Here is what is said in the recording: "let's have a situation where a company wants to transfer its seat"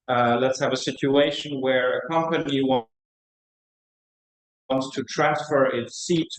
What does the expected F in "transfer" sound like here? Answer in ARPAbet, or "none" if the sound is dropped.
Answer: F